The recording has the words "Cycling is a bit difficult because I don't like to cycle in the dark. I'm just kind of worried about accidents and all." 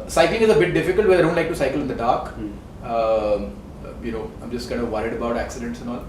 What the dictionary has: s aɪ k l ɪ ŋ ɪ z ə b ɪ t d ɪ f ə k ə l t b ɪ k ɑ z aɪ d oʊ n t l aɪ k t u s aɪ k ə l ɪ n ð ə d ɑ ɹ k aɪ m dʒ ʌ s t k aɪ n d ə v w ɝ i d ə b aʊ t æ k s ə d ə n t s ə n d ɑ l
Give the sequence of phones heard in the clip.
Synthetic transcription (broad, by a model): s aɪ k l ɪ ŋ ɪ z ə b ɪ t d ɪ f ə k ə l t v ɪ ɑ ɪ d oʊ n t l aɪ k t u s aɪ k ə l ɪ n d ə d ɑ ɹ k aɪ m dʒ ʌ s t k aɪ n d ə v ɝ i d ə b aʊ t æ k s ə d ə n t s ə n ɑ l